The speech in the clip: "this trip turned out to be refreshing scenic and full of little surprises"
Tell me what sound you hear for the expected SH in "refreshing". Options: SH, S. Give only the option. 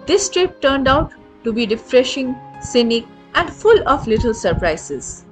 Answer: SH